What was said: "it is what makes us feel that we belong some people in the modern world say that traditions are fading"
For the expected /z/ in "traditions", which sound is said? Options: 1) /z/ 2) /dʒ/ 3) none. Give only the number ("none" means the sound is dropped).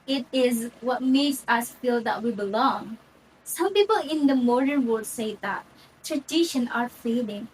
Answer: 3